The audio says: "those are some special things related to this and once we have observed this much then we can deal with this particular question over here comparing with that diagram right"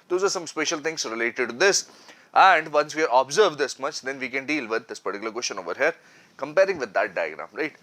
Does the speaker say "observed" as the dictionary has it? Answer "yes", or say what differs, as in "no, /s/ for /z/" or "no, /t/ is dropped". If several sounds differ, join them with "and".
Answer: yes